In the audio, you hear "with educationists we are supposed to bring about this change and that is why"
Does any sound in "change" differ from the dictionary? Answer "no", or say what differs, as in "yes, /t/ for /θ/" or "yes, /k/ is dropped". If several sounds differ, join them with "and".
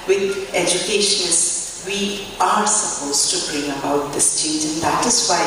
yes, /n/ is dropped